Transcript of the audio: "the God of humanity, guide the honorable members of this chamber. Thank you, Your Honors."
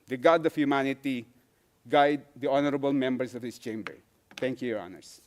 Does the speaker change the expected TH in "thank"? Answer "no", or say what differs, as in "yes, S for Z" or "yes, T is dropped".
yes, T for TH